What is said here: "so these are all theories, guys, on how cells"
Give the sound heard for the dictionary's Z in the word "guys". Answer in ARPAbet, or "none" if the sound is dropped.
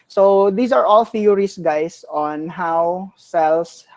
S